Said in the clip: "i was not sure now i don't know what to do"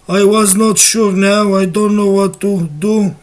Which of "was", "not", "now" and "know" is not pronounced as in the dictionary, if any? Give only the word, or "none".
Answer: none